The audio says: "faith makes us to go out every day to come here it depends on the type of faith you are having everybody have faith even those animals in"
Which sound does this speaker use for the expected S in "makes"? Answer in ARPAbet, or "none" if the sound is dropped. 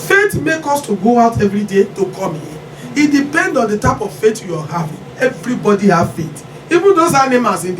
none